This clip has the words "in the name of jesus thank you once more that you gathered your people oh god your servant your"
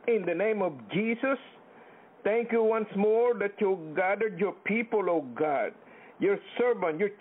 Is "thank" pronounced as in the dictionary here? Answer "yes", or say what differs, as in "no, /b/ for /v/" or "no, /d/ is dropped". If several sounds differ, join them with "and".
no, /t/ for /θ/